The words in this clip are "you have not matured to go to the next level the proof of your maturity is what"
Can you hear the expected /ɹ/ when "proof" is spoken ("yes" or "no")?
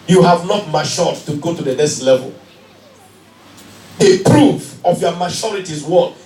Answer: yes